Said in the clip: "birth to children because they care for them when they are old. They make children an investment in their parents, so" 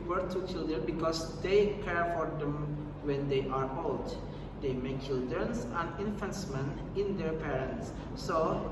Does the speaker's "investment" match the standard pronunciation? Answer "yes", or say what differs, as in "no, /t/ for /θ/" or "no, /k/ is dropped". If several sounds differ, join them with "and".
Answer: no, /f/ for /v/ and /t/ is dropped